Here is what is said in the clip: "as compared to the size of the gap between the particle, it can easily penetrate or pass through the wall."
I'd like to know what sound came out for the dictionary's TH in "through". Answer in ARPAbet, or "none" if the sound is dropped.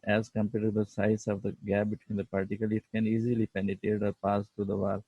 T